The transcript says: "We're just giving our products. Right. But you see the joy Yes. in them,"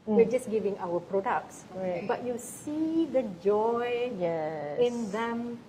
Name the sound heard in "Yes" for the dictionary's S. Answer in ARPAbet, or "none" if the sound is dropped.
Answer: none